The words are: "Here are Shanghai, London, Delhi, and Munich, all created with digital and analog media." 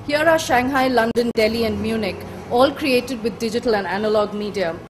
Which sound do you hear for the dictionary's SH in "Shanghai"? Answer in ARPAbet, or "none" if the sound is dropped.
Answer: SH